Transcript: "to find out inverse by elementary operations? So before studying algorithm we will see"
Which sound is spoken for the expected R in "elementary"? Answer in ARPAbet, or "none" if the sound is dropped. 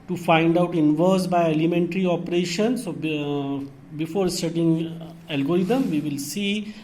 R